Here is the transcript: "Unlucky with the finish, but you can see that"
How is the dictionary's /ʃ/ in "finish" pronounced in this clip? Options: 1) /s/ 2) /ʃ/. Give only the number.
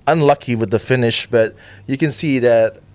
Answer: 2